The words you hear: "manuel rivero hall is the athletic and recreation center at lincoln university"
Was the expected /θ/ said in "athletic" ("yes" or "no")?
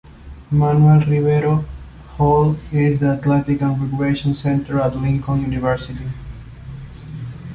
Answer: no